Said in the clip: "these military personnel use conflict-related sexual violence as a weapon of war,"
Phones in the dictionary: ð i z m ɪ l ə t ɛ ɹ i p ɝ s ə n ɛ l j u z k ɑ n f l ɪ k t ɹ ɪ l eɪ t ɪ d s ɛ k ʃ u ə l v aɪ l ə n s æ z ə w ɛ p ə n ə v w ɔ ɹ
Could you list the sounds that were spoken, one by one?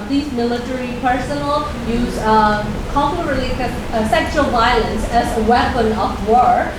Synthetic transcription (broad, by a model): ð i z m ɪ l ə t ɛ ɹ i p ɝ s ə n l j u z k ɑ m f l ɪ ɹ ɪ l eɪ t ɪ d s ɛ k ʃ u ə l v aɪ l ə n s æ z ə w ɛ p ə n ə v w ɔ ɹ